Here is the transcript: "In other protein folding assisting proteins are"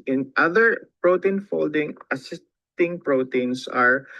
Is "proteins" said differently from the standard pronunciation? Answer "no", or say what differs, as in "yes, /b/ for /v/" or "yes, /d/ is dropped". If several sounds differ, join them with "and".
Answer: yes, /s/ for /z/